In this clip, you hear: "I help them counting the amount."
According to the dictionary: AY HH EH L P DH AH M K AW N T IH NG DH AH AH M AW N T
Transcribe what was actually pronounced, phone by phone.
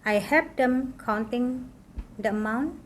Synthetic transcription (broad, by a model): AY HH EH P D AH M K AW N T IH NG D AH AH M AW N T